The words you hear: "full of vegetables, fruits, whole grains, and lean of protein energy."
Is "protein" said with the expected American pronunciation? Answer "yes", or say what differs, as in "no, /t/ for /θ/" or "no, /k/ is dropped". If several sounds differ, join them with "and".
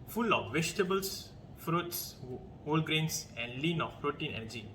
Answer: yes